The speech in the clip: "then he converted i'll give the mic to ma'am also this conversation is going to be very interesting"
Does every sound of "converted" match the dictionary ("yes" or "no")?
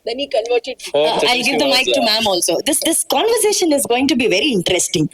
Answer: no